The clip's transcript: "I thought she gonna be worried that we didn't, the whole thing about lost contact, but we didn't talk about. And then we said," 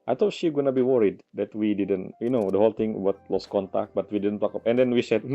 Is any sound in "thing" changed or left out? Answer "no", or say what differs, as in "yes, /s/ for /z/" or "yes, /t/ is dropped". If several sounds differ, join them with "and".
yes, /t/ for /θ/